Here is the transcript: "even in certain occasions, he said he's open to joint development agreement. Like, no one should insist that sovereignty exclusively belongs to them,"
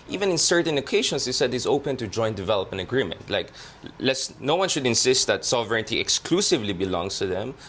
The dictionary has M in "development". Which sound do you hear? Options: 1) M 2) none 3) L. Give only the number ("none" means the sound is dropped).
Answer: 2